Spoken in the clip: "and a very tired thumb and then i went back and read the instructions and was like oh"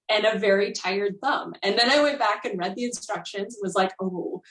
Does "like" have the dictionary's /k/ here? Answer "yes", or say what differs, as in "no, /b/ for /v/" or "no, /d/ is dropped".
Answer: yes